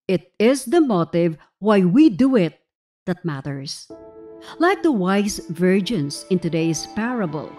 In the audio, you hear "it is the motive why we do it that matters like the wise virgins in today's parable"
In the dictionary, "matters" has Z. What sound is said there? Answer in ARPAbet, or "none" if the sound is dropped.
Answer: S